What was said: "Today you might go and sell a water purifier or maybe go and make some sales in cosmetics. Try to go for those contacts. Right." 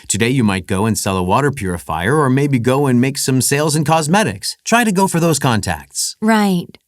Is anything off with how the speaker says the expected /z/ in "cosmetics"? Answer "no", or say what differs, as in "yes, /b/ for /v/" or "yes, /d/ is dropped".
no